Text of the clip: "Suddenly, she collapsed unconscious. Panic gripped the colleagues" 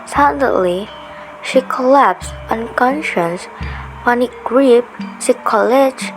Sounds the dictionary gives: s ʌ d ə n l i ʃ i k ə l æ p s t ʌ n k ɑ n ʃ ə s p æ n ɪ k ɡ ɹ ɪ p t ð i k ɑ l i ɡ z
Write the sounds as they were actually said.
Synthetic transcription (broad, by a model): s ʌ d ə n l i ʃ i k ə l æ p s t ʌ n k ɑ n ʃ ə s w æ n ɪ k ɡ ɹ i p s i k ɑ l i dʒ